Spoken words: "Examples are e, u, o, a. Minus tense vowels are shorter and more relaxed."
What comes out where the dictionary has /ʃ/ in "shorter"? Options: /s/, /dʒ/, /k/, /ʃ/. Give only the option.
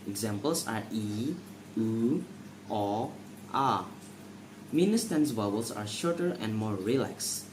/ʃ/